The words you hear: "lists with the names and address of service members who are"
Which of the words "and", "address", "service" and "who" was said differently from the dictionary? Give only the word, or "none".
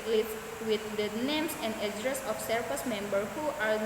service